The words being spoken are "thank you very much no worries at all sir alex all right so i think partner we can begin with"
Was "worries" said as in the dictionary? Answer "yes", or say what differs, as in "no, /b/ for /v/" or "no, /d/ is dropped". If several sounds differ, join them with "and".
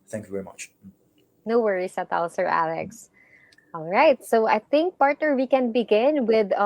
no, /s/ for /z/